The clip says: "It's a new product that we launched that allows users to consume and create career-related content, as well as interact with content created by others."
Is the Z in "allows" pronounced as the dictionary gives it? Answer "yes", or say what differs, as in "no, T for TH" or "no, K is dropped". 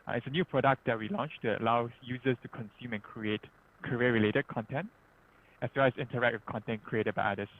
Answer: no, Z is dropped